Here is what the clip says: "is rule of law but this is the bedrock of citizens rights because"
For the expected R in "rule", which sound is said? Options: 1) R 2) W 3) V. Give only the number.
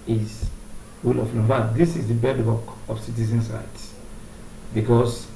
2